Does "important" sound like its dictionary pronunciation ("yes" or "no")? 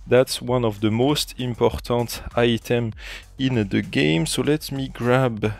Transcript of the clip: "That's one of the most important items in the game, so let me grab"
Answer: yes